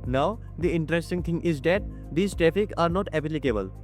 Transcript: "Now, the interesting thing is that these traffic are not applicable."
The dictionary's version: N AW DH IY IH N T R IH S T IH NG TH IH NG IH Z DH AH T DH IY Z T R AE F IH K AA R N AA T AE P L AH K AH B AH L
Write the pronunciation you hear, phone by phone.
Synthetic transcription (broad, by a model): N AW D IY IH N T R IH S T IH NG T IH NG IH Z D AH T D IY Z T R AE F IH K AA R N AA T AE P L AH K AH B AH L